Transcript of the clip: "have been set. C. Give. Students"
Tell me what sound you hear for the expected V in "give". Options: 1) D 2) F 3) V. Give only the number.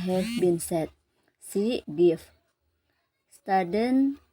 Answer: 2